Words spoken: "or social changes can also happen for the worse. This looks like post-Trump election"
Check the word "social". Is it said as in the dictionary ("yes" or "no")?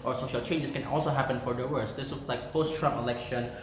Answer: yes